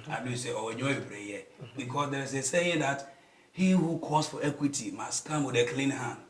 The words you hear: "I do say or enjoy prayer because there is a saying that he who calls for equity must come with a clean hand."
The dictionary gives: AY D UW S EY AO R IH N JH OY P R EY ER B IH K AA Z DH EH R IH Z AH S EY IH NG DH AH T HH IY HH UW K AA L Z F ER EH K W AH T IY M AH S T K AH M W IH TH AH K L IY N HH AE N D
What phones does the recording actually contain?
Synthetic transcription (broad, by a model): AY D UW S EY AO W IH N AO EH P R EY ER B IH K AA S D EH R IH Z AH S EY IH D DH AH T HH IY HH UW K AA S F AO EH K W AH T IY M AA S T K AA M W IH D AH K L IY N HH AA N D